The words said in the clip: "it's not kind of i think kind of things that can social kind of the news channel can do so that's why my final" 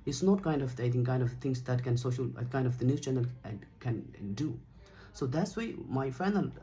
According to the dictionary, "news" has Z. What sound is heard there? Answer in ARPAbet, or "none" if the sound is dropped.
none